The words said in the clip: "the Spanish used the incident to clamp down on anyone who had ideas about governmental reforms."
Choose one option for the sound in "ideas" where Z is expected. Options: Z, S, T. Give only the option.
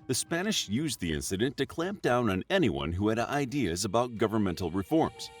Z